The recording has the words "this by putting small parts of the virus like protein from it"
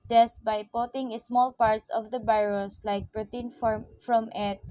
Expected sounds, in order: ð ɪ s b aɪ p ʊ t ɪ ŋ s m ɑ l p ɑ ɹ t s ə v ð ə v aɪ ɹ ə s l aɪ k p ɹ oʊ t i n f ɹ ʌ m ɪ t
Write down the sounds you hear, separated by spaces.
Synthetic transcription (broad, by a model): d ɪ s b aɪ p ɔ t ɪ ŋ s m ɑ l p ɑ ɹ t s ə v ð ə b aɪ ɹ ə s l aɪ k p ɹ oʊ t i n f ɹ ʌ m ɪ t